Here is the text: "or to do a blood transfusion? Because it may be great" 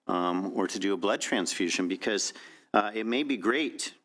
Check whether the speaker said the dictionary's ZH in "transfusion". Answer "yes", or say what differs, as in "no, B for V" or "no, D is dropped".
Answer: yes